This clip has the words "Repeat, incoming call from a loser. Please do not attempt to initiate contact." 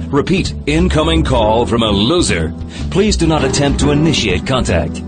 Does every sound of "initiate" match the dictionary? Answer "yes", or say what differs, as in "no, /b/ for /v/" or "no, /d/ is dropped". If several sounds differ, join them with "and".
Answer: yes